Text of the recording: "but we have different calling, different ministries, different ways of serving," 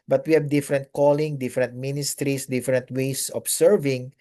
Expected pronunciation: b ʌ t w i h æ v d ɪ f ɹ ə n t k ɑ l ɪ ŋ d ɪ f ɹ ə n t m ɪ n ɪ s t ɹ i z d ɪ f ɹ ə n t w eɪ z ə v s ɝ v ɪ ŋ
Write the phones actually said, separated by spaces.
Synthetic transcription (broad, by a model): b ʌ t w i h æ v d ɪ f ɹ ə n t k ɑ l ɪ ŋ d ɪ f ɹ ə n t m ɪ n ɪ s t ɹ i s d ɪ f ɹ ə n t w eɪ s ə b s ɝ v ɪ ŋ